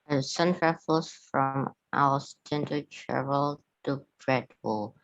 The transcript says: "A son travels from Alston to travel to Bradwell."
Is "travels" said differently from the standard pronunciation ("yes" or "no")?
yes